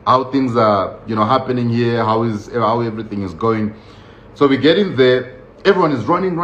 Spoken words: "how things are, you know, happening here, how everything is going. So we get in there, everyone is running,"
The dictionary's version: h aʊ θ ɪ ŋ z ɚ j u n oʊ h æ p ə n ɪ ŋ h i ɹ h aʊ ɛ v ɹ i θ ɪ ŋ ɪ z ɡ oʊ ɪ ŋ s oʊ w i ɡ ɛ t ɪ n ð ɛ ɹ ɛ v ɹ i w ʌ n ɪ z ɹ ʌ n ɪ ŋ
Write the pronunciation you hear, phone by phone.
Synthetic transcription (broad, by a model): h aʊ θ ɪ ŋ z ɚ j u n oʊ h æ p ə n ɪ ŋ h i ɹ h aʊ ɛ v ɹ i θ ɪ ŋ ɪ z ɡ oʊ ɪ ŋ s oʊ w i ɡ ɛ t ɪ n ð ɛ ɹ ɛ v ɹ i w ʌ n ɪ z ɹ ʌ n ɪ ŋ